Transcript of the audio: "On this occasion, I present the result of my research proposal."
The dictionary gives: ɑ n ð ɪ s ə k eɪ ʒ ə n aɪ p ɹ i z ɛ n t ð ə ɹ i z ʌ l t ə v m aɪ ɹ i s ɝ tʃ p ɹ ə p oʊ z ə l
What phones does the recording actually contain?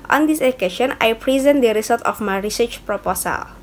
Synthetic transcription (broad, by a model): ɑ n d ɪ s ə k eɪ ʃ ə n aɪ p ɹ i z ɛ n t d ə ɹ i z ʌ l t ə f m aɪ ɹ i s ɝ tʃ p ɹ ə p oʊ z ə l